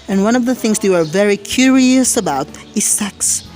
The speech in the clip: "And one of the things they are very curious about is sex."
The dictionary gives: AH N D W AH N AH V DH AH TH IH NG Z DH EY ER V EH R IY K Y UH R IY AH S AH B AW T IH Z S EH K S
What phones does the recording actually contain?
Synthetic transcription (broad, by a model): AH N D W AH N AH V DH AH TH IH NG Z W ER V EH R IY K Y UH R IY AH S AH B AW T IH Z S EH K S